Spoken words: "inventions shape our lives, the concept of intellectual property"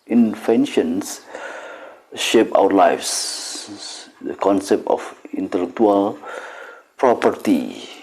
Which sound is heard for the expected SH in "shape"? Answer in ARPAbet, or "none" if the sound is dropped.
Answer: SH